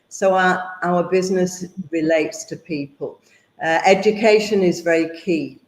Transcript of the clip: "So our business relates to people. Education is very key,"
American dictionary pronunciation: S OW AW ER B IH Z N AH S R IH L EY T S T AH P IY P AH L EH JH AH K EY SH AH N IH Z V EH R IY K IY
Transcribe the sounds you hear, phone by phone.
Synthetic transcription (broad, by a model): S OW AW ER B IH Z N AH S R IH L EY T S T AH P IY P AH L EH JH AH K EY SH AH N IH Z V EH R IY K IY